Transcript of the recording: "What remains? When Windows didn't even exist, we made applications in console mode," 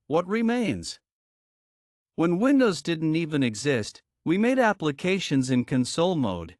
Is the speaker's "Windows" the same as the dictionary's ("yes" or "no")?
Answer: yes